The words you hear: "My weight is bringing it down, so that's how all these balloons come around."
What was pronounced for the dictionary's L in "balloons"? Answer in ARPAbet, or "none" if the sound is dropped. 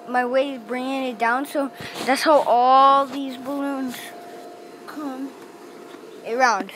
L